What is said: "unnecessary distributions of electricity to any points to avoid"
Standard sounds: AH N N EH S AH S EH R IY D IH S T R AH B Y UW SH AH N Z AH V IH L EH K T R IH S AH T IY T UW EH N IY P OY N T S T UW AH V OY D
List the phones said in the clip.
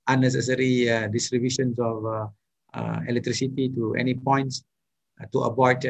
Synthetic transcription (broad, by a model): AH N N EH S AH S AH R IY D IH S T R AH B Y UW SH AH N S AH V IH L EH K T R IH S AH T IY T UW EH N IY P OY N T S T UW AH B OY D